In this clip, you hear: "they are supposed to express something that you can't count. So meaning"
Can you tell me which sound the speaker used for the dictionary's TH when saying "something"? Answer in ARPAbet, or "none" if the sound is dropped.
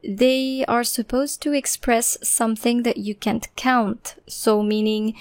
TH